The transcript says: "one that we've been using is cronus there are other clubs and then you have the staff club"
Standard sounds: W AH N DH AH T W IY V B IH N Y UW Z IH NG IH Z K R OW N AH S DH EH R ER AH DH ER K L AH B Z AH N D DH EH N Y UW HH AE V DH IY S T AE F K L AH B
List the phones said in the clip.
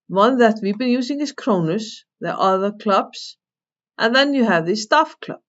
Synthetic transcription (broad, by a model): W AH N DH AH T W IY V B IH N Y UW S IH NG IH S K R OW N AH S DH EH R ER AH DH ER K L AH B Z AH N DH EH N Y UW HH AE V DH IY S T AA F K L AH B